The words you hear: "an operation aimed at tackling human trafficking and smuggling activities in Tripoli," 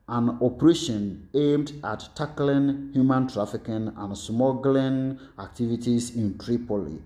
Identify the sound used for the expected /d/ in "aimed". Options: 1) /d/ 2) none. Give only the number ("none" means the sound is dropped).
1